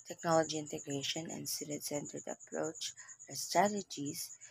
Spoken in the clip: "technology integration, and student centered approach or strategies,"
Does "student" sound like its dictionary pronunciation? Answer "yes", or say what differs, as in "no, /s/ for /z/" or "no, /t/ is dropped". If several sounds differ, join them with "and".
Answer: no, /n/ is dropped